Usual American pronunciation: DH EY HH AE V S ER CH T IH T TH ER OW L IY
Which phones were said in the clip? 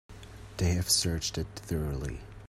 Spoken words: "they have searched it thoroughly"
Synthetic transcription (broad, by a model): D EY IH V S ER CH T IH T TH ER OW L IY